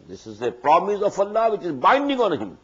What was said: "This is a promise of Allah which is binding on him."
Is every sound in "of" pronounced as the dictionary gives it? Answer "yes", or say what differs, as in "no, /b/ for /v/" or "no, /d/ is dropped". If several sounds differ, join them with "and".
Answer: no, /f/ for /v/